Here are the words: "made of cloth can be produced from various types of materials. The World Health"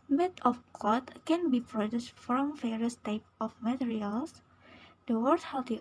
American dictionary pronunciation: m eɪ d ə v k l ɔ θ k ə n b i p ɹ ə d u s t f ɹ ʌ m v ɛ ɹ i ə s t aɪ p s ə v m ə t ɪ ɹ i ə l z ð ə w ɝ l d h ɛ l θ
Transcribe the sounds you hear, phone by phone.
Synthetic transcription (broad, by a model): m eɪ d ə f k ɔ t k ə n b i p ɹ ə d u s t f ɹ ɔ m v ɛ ɹ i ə s t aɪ p ə f m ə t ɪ ɹ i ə l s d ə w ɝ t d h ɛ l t